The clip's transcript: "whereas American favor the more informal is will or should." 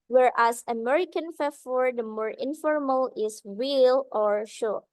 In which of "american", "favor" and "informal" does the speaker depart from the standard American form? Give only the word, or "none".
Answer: favor